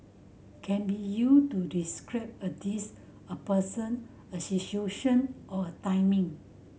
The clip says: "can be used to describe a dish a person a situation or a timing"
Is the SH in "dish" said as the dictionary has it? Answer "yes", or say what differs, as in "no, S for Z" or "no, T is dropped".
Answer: no, S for SH